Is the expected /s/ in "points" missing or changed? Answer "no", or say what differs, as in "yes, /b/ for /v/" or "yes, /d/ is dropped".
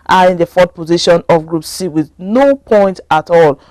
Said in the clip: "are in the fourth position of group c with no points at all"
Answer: yes, /s/ is dropped